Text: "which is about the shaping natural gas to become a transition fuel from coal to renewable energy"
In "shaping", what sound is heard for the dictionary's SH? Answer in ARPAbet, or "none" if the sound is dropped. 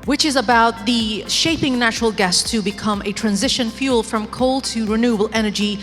SH